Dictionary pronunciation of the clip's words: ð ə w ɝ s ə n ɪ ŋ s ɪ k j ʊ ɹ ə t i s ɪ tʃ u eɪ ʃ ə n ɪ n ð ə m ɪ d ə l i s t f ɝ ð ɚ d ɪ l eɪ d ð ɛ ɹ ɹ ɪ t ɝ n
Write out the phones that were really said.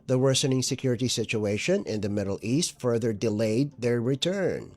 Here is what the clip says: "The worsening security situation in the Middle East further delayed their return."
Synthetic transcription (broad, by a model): ð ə w ɝ s ə n ɪ ŋ s ɪ k j ʊ ɹ ə t i s ɪ tʃ u eɪ ʃ ə n ɪ n ð ə m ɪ d l i s t f ɝ ð ɚ d ɪ l eɪ d ð ɛ ɹ ɹ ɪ t ɝ n